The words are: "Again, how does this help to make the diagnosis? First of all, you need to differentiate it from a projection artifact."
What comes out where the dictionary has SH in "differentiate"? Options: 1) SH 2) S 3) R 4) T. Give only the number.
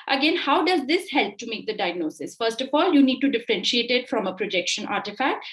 1